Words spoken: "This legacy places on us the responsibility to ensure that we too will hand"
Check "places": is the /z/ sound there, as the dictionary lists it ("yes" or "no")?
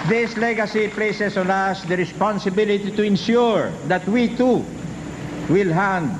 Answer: no